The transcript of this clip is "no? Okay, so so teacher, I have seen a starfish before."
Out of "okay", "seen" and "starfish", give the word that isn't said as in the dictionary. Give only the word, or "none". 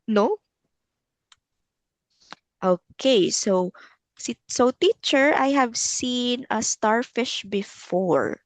none